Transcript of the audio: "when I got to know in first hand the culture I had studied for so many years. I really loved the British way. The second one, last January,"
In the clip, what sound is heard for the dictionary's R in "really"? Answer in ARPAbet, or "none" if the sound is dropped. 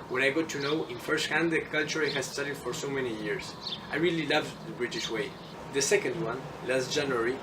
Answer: R